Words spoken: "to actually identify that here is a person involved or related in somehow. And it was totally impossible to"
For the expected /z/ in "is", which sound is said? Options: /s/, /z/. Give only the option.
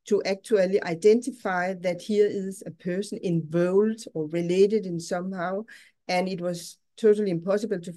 /s/